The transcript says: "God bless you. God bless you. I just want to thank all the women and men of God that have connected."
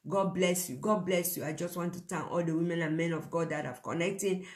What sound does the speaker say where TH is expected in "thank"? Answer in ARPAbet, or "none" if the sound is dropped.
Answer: T